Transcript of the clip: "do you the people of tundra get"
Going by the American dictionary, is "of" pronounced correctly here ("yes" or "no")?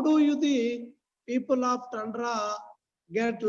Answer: no